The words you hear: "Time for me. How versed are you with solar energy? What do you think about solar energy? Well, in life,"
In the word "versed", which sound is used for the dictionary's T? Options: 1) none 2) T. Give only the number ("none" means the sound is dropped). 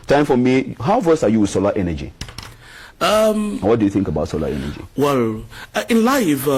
1